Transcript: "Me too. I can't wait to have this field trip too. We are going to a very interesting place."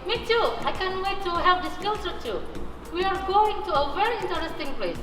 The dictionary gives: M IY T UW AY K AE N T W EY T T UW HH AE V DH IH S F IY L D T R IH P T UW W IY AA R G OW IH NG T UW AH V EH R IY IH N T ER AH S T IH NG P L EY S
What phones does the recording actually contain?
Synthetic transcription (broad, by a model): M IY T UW AY K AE N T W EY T T UW HH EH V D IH S P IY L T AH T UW W IY AA R G OW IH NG T UW AH V EH R IY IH N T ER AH S T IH NG P L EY S